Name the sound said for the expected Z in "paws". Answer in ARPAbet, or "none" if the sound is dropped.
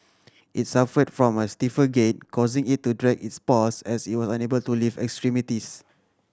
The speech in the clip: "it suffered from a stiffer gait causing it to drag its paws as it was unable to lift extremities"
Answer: S